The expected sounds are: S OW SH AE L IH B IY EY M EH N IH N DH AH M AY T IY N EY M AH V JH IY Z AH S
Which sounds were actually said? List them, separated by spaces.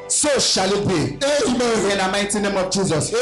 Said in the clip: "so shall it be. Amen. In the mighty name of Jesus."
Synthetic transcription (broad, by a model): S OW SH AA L IH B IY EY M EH IH N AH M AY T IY N EY M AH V JH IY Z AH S